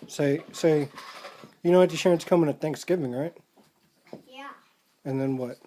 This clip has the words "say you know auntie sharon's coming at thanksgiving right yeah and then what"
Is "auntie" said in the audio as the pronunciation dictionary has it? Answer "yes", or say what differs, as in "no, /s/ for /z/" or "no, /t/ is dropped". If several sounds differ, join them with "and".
no, /n/ is dropped